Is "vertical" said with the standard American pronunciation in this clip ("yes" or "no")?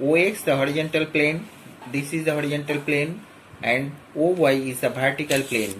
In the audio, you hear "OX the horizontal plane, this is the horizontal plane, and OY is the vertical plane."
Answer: no